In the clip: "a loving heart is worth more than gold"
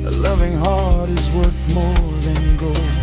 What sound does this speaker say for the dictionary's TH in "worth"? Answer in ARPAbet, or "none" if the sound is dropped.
TH